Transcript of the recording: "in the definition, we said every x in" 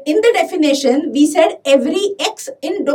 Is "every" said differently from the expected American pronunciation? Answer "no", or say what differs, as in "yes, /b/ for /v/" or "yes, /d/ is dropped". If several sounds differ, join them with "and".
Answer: no